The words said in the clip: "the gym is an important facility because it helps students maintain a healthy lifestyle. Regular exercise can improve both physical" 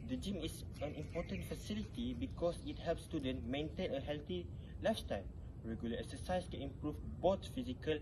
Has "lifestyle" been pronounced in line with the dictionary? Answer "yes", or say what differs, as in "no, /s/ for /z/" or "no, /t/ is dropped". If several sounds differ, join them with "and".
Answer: no, /s/ is dropped